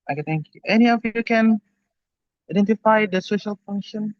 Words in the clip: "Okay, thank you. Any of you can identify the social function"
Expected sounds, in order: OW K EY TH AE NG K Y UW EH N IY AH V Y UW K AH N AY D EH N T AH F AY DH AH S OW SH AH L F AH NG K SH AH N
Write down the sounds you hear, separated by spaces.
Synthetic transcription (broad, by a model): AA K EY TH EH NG K Y UW EH N IY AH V Y UW K AH N AY D EH N T AH F AY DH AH S OW SH AH L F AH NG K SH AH N